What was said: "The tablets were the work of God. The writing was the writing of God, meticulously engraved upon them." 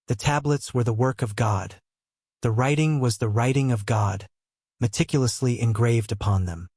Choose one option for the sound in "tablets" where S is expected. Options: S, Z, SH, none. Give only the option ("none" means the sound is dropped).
S